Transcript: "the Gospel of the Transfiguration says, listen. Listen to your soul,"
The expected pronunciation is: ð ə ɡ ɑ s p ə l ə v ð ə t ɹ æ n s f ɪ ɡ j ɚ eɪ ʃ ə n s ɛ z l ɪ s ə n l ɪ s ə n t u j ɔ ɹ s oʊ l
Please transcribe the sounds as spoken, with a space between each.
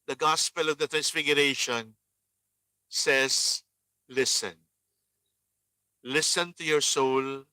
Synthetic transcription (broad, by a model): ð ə ɡ ɑ s p ə l ə v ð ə t ɹ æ n s f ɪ ɡ j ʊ eɪ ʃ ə n s ɛ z l ɪ s ə n l ɪ s ə n t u j ɔ ɹ s oʊ l